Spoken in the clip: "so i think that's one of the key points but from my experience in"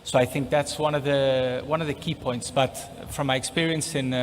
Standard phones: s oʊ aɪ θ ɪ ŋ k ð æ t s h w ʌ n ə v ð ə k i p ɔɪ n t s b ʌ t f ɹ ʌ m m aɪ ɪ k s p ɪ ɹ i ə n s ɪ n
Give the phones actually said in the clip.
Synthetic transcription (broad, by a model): s oʊ aɪ θ ɪ ŋ k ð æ t s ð w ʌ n ə v ð ə k i p ɔɪ n t s b ʌ t f ɹ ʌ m m aɪ ɪ k s p ɪ ɹ i ə n s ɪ n